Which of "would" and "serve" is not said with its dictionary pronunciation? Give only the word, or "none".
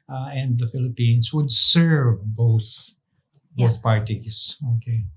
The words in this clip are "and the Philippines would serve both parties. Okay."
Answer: none